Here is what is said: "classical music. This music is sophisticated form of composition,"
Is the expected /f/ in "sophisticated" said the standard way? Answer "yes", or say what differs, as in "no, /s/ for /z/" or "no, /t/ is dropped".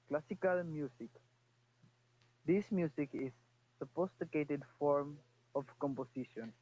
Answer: no, /p/ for /f/